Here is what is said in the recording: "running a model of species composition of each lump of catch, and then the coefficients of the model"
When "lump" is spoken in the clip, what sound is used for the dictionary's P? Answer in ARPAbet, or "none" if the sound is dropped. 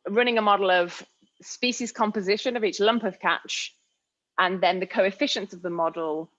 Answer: P